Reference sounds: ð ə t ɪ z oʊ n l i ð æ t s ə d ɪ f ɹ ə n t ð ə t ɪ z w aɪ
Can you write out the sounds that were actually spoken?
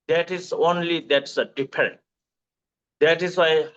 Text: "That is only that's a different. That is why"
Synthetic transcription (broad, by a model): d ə t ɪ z oʊ n l i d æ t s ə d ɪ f ɹ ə n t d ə t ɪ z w aɪ